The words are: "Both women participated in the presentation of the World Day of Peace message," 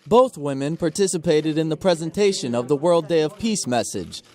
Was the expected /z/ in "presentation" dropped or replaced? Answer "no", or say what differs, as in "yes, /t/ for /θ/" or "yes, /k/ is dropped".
no